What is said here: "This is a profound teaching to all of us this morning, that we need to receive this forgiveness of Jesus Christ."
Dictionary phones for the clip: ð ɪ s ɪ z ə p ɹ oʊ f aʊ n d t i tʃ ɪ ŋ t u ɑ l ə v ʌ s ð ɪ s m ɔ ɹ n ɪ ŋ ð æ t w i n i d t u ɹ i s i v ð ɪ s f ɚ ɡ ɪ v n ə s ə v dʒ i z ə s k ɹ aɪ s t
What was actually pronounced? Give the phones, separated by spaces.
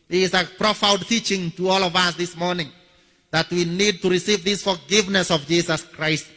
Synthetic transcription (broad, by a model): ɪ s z ə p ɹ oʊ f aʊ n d t i tʃ ɪ ŋ t u ɑ l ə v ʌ s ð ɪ s m ɔ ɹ n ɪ ŋ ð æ t w i n i d t u ɹ i s i v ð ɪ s f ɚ ɡ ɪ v n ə s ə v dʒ i s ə s k ɹ aɪ s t